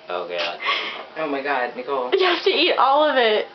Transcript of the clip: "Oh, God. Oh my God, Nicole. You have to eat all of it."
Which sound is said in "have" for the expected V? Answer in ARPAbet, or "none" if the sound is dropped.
F